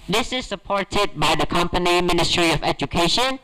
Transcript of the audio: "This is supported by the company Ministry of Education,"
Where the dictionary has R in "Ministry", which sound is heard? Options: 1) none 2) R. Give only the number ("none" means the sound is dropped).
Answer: 2